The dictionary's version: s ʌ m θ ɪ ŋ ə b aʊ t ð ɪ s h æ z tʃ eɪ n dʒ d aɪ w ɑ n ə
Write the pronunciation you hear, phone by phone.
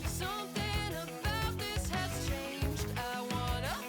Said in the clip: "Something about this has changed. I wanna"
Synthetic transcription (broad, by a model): s ʌ m θ ɪ ŋ ə b aʊ t ð ɪ s h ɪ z tʃ eɪ n dʒ d aɪ w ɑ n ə